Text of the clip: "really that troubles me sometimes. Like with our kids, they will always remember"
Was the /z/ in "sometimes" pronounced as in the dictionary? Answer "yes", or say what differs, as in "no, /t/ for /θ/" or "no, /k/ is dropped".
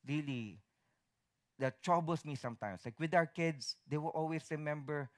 no, /s/ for /z/